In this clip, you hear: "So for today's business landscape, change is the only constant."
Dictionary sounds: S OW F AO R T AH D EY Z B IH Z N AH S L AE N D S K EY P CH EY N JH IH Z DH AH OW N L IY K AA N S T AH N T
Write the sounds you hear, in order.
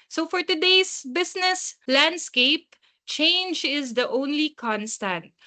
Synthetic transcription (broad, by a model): S OW F AO R T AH D EY S B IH S N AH S L AE N D S K EY P CH EY N JH IH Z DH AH OW N L IY K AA N S T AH N T